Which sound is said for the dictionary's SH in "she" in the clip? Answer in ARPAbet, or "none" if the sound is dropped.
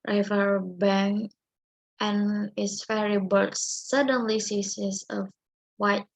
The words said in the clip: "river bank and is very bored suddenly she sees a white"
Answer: S